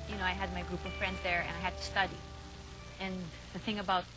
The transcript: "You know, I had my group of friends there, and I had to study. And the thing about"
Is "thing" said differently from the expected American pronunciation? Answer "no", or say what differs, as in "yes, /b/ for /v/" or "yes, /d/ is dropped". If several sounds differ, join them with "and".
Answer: no